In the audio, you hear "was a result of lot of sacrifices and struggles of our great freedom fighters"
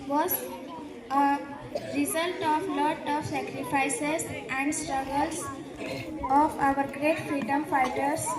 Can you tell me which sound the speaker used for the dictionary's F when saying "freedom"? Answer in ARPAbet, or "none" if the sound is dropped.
F